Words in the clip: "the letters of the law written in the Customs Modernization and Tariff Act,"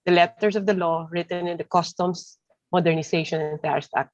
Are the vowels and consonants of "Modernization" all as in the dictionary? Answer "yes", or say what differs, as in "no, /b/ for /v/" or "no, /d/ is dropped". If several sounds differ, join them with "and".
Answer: no, /s/ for /z/